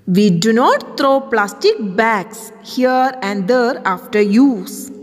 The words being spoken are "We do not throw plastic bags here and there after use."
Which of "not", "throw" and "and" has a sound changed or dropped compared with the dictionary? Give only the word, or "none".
throw